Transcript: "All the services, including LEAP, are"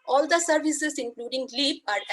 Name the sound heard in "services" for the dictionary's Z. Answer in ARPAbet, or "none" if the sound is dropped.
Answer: S